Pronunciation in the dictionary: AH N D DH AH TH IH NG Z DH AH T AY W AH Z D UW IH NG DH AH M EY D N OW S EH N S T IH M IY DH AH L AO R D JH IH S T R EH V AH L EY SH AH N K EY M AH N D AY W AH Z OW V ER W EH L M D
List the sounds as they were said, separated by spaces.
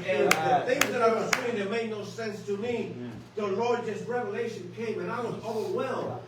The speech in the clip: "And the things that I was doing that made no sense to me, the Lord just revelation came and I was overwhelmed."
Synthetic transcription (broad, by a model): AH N DH AH TH IH NG Z DH AH T AY W AH Z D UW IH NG DH AH M EY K N OW S EH N S T IH M IY DH AH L AO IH JH IH S T R EH V AH L EY SH AH N K EY M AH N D AY W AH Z OW V ER W EH L M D